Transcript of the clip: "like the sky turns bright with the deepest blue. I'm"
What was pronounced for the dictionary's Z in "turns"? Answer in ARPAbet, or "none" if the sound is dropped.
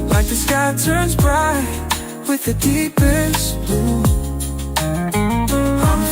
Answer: Z